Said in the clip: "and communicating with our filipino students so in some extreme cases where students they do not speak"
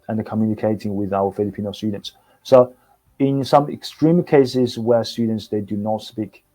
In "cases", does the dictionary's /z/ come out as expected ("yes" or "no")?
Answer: yes